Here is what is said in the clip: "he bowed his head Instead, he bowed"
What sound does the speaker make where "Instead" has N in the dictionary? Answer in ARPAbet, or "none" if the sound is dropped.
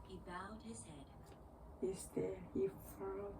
none